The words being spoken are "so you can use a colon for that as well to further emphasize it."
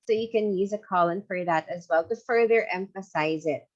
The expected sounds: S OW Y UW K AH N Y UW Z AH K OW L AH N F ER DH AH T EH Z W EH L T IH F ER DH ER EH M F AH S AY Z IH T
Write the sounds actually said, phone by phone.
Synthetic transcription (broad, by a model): S OW Y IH K AH N Y UW Z AH K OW L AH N F ER DH AH T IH Z W EH L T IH F ER DH ER EH M F AH S AY Z IH T